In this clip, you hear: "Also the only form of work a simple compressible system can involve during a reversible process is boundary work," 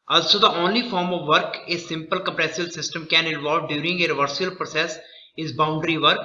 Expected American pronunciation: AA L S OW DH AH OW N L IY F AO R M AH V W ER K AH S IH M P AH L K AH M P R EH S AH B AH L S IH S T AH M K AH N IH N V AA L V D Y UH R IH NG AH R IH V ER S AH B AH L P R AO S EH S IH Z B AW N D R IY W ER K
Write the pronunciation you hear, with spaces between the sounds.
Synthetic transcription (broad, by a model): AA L S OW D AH OW N L IY F AO R M AH V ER K AH S IH M P AH L K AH M P R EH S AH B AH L S IH S T AH M K AH N IH N V AA L V D Y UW R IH NG AH R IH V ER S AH AH L P R AO S EH S IH Z B AW N D R IY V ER K